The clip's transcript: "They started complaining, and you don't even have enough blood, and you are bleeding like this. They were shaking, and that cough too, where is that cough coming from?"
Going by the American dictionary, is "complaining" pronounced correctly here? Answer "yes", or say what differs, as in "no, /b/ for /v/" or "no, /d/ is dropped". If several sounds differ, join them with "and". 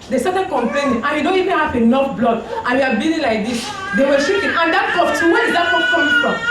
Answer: no, /l/ is dropped